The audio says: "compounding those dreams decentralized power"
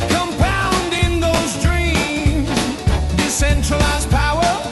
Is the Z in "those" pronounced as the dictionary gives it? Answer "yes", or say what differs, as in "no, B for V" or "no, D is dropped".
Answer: yes